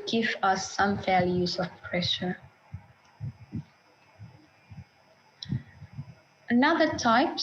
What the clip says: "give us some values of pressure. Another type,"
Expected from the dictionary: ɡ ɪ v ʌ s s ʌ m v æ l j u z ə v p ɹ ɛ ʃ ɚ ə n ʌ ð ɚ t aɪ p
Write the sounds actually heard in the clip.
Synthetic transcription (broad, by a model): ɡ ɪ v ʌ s s ʌ m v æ l j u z ə v p ɹ ɛ ʃ ɚ ə n ʌ ð ɚ t aɪ p